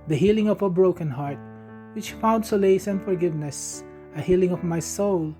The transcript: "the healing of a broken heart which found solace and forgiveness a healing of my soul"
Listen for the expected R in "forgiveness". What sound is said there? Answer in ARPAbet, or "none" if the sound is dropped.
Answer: R